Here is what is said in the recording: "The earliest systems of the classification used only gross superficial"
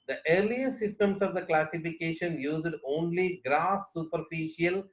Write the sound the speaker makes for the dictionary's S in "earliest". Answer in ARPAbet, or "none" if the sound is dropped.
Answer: none